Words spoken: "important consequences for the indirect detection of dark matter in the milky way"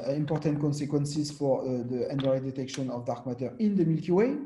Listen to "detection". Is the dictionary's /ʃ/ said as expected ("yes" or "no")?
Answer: yes